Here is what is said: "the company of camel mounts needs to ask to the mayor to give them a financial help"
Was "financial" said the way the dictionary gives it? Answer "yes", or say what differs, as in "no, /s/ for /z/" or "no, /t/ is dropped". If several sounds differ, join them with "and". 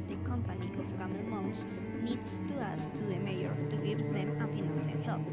no, /p/ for /f/ and /n/ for /l/